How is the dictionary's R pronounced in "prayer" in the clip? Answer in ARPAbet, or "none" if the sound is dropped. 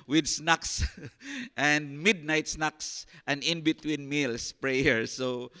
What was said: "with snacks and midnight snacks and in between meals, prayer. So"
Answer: R